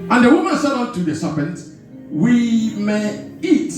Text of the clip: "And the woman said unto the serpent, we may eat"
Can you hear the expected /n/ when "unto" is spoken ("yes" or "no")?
no